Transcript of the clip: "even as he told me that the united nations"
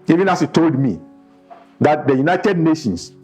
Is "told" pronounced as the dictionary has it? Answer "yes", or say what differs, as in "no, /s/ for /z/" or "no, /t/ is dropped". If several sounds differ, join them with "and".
yes